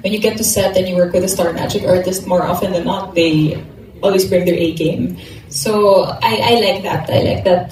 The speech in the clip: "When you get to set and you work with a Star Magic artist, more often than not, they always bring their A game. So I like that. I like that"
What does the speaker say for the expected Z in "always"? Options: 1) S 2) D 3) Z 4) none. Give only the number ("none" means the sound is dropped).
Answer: 1